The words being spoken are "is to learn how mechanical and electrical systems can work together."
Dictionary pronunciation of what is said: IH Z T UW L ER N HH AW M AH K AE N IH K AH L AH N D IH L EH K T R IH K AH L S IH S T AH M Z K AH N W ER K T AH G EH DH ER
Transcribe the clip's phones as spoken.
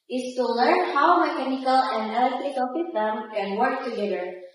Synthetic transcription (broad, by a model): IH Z T UW L ER N HH AW M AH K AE N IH K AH L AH N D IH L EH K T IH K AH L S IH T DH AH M K AH N W ER K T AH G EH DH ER